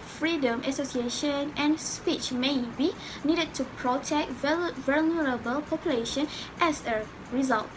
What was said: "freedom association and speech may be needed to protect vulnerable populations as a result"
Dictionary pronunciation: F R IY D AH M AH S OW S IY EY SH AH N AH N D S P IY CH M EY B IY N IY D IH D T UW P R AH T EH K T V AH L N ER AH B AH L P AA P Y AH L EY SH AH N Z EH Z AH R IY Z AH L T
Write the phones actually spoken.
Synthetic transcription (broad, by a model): F R IY D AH M AH S OW S IY EY SH AH N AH N S P IY CH M EY B IY N IY D IH D T UW P R AH T EH K T V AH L N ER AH B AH L P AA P Y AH L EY SH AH N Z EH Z AH R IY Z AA L T